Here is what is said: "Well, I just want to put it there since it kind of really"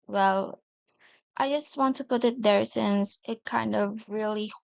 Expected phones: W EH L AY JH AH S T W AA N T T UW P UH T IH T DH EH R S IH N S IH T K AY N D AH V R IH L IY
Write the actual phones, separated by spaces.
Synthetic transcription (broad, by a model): W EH L AY JH AH S T W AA N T T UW P UH T IH T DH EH R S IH N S IH T K AY N D AH V R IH L IY